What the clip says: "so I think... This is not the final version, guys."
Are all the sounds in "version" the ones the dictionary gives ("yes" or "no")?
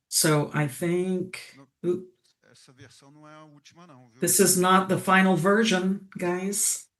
yes